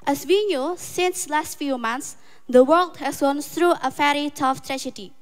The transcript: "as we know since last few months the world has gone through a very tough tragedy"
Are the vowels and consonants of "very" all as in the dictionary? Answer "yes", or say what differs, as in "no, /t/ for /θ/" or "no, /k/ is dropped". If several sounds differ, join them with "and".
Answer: no, /f/ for /v/